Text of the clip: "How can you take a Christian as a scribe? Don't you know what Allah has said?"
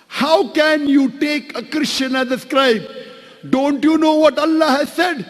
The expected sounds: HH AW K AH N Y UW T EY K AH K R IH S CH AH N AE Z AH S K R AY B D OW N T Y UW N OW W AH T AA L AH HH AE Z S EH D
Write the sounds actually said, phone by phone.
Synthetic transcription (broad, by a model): HH AW K AH N Y UW T EY K AH K R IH SH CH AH N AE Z AH S K R AY B D OW N T Y UW N OW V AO T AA L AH HH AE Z S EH D